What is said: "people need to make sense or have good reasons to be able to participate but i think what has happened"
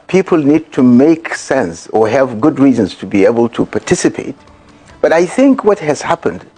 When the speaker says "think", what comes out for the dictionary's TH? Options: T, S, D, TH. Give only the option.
TH